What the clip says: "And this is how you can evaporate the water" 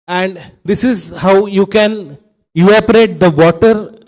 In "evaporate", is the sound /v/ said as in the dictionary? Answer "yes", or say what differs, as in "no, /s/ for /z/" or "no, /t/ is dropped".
no, /v/ is dropped